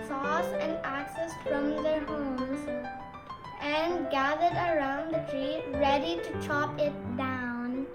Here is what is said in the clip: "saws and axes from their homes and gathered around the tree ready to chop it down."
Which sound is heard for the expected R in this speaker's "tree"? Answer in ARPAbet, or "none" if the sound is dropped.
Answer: R